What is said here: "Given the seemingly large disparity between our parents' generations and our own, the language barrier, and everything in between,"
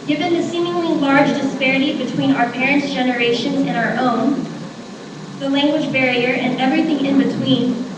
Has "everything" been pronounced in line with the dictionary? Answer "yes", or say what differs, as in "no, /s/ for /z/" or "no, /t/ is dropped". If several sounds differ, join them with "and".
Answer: yes